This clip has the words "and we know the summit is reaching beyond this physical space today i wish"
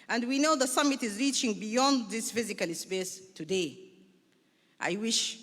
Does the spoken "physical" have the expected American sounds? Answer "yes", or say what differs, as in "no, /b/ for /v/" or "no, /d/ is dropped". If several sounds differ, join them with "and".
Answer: yes